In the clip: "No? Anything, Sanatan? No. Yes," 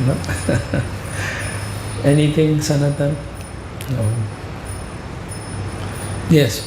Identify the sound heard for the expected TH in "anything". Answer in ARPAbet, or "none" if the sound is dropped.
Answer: T